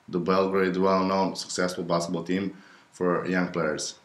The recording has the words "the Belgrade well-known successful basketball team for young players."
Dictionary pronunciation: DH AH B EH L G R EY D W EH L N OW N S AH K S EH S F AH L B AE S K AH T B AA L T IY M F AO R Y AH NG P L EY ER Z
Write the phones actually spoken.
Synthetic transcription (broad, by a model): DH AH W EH L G R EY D W EH L N OW N S AH K S EH S F AH L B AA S AH B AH L T IY M F AO R Y AH NG P L EY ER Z